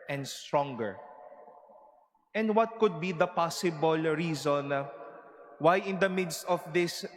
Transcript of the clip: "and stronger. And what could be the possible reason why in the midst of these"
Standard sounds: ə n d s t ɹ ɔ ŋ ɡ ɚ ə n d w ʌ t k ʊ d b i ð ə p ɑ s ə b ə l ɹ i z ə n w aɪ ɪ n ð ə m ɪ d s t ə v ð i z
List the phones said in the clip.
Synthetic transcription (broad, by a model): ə n d s t ɹ ɔ ŋ ɡ ɚ ə n d w ʌ t k ʊ d b i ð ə p ɑ s ə b ə l ɹ i z ə n w aɪ ɪ n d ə m ɪ d s t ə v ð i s